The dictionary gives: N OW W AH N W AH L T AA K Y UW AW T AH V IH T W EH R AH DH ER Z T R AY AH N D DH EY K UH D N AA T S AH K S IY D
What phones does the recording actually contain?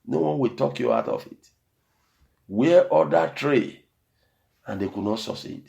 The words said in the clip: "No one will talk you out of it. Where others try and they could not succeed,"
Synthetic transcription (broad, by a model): N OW W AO N W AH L T AA K Y UW AW T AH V IH T W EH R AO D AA T R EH AH N D EY K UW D N AA T S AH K S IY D